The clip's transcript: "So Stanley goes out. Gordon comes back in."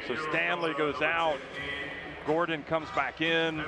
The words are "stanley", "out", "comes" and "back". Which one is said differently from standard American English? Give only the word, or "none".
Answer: none